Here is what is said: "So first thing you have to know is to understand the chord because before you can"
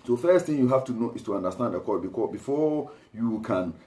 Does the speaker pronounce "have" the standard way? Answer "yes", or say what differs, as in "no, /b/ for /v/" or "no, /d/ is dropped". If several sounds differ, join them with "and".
no, /f/ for /v/